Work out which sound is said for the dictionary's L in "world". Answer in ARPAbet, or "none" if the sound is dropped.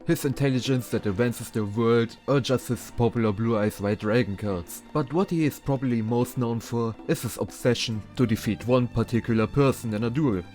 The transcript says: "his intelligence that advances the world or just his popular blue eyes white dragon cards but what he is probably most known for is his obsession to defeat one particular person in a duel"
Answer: L